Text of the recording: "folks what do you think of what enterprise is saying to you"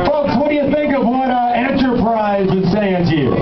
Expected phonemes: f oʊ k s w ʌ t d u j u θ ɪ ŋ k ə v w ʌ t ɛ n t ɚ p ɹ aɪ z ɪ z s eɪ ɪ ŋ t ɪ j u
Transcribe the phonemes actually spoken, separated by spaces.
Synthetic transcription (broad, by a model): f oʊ k s w ʌ t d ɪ j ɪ θ ɪ ŋ k ə v w ʌ t ɛ n t ɚ p ɹ aɪ z ɪ z s eɪ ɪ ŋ t ɪ j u